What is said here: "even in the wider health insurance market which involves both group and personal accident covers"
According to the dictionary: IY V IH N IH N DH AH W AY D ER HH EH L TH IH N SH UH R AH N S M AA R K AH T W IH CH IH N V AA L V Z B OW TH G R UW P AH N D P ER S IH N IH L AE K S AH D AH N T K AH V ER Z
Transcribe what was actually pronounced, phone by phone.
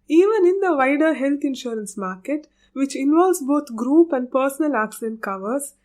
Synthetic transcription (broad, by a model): IY V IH N IH N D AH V AY D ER HH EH L T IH N SH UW R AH N S M AA R K AH T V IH CH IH N V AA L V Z B OW T G R UW P AH N D P ER S IH N IH L AE K S AH D AH N T K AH V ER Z